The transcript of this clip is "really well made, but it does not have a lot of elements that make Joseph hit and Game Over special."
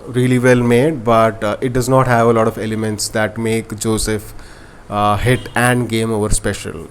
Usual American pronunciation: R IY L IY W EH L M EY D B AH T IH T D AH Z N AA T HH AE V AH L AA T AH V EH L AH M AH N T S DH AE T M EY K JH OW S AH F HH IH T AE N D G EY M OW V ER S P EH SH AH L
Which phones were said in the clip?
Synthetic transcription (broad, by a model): R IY L IY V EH L M EY D B AH T IH T D AH Z N AA T HH AE V AH L AA T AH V EH L AH M AH N T S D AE T M EY K JH OW S AH F HH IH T AE N D G EY M OW V ER S P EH SH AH L